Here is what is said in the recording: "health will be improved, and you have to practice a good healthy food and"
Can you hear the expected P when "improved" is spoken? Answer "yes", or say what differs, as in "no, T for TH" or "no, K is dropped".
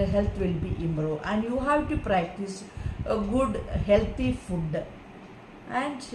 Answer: no, B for P